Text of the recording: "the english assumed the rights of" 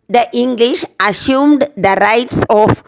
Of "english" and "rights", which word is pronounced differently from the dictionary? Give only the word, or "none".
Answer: none